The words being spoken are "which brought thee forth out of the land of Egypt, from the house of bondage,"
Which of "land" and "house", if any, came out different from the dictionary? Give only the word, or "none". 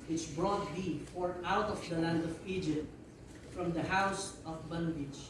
none